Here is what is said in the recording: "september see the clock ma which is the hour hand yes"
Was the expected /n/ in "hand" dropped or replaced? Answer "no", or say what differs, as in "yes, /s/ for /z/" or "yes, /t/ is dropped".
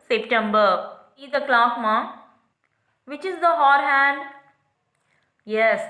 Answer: no